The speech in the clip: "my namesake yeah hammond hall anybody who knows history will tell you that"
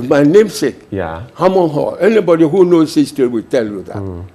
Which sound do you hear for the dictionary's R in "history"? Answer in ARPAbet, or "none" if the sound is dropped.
none